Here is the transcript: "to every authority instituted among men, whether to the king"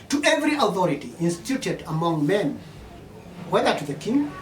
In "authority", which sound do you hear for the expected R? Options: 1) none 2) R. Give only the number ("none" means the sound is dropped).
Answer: 2